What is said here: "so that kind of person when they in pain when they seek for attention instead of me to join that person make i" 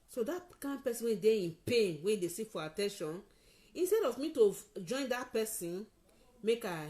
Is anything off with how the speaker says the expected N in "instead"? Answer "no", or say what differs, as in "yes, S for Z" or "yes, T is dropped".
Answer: no